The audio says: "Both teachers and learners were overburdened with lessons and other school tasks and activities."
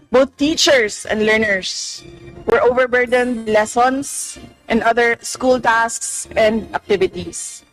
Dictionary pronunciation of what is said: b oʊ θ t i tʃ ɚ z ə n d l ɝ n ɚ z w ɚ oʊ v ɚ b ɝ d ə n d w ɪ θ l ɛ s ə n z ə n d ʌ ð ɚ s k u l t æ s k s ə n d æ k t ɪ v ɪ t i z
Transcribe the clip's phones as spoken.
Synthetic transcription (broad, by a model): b oʊ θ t i tʃ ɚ s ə n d l ɝ n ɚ s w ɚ oʊ v ɚ b ɝ d ə n d l ɛ s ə n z ə n d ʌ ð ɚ s k u l t æ s k s ə n d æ k t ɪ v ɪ t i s